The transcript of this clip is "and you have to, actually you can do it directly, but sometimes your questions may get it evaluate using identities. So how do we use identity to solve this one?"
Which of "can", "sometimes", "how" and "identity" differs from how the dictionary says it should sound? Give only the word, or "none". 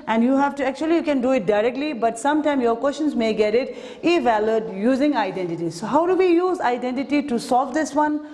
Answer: sometimes